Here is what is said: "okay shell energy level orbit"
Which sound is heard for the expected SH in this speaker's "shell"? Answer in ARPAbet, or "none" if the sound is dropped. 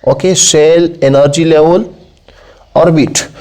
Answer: S